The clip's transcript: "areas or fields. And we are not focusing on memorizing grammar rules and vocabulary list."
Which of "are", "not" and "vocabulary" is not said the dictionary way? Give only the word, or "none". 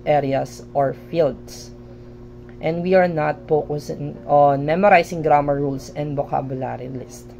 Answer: vocabulary